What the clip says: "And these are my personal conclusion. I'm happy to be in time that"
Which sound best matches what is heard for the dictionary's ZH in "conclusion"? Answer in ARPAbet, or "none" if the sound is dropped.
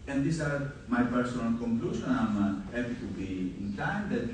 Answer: SH